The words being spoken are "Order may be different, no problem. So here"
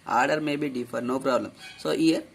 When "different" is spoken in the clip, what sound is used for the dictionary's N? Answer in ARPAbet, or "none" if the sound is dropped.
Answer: none